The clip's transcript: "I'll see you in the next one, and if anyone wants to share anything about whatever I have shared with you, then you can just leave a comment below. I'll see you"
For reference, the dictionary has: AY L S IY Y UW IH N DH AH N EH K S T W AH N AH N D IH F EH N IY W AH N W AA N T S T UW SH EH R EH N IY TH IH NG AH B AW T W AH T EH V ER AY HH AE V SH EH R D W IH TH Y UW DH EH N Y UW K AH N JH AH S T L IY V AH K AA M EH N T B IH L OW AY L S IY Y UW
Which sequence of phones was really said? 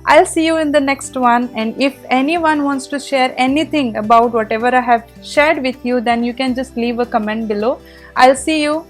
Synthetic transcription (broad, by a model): AY L S IY Y UW IH N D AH N EH K S T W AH N AH N D IH F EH N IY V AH N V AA N T S T UW SH EH R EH N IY T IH NG AH B AW T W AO T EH V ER AY HH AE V SH EH R D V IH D Y UW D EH N Y UW K AH N JH AH S T L IY V AH K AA M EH N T B IH L OW AY L S IY Y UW